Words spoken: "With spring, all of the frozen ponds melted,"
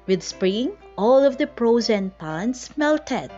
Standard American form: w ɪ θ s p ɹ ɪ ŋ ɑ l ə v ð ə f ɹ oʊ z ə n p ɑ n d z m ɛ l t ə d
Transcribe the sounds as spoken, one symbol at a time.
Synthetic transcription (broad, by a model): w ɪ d s p ɹ ɪ ŋ ɑ l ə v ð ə p ɹ oʊ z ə n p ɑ n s m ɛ l t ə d